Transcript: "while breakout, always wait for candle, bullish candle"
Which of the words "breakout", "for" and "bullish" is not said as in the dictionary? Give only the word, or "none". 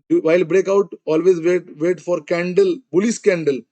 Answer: bullish